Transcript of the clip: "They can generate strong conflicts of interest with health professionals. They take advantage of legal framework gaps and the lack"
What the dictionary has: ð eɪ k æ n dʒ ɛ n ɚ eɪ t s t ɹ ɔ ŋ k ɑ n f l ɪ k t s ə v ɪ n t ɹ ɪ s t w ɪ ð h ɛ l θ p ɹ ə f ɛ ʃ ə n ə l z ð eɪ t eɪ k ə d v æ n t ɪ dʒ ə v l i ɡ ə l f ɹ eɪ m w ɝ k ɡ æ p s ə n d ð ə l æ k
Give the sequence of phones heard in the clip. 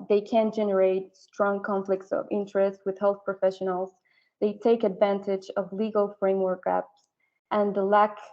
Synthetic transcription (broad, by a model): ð eɪ k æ n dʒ ɛ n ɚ eɪ t s t ɹ ɔ ŋ k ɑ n f l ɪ k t s ə v ɪ n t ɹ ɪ s t w ɪ ð h ɛ l θ p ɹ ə f ɛ ʃ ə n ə l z ð eɪ t eɪ k ə d v æ n t ɪ dʒ ə v l i ɡ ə l f ɹ eɪ m w ɝ k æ p s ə n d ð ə l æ k